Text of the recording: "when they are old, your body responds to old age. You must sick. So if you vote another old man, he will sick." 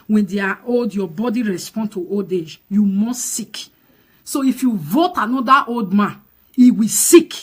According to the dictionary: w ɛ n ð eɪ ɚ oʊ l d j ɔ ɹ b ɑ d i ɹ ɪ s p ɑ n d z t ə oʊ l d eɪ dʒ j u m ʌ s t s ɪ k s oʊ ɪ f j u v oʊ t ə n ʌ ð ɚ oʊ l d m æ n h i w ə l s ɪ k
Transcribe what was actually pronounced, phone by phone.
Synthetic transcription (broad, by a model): w ɛ n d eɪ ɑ oʊ l d j ɔ b ɑ d i ɹ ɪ s p ɑ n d t ə oʊ l d eɪ dʒ j u m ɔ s t s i k s oʊ ɪ f j u v oʊ t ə n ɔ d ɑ oʊ l d m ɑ n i w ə s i k